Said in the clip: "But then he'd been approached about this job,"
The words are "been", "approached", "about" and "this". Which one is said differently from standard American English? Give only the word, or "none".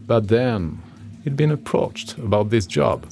none